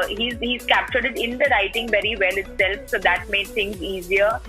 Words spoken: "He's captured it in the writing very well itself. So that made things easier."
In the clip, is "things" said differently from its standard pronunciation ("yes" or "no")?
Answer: yes